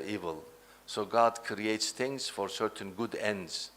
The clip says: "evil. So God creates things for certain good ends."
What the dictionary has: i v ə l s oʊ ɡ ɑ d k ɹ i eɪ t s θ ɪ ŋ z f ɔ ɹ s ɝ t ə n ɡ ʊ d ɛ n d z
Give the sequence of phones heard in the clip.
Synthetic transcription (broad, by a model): i v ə l s oʊ ɡ ɑ d k ɹ i eɪ t s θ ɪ ŋ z f ɔ ɹ s ɝ t ə n ɡ ʊ d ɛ n d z